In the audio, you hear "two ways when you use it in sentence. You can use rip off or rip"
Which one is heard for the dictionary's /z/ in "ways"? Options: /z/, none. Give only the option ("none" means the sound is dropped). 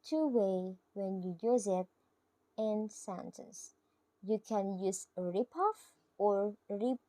none